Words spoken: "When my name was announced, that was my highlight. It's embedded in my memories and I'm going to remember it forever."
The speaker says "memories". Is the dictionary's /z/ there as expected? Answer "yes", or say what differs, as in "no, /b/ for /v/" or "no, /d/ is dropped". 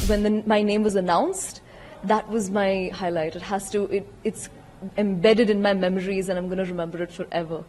yes